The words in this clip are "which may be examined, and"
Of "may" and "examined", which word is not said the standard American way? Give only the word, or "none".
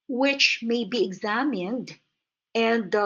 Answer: none